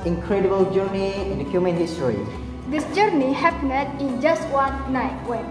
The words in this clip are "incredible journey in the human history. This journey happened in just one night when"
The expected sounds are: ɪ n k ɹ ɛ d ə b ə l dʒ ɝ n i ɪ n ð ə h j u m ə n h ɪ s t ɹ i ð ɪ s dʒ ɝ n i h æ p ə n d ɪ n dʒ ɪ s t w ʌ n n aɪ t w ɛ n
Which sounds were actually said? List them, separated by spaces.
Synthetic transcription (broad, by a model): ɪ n k ɹ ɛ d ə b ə l dʒ ɝ n i ɪ n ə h j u m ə n h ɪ s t ɹ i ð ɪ s dʒ ɝ n i h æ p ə d ɪ n dʒ ɪ s t w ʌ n n aɪ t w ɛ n